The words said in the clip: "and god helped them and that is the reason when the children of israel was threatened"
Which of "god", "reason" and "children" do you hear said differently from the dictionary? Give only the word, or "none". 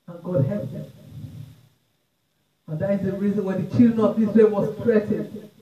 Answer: children